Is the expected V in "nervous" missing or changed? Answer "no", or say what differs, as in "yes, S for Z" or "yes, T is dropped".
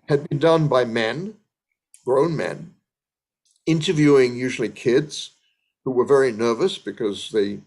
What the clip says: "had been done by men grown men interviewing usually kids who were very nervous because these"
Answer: no